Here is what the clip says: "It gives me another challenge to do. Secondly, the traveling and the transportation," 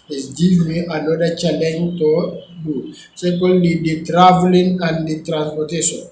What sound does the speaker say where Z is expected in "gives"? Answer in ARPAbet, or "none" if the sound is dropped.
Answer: none